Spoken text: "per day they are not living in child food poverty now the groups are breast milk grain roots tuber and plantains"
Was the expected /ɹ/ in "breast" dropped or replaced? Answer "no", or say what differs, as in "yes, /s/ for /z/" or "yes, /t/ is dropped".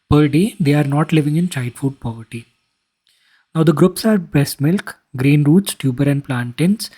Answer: yes, /ɹ/ is dropped